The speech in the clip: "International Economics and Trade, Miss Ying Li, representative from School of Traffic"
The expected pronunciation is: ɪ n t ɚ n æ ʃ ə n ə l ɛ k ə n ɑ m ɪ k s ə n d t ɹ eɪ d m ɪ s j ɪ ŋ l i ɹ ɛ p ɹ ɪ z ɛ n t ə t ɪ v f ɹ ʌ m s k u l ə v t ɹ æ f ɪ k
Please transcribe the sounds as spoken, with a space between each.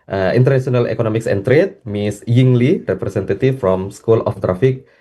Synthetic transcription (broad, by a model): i n t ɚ n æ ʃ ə n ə l ɛ k ə n ɑ m ɪ k s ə n t ɹ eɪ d m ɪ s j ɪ ŋ l i ɹ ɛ p ɹ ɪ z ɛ n t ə t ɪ f f ɹ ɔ m s k u l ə f t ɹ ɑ f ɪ k